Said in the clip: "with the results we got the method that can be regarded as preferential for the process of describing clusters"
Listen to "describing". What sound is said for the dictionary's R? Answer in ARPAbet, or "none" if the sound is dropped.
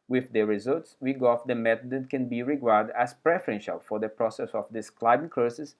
L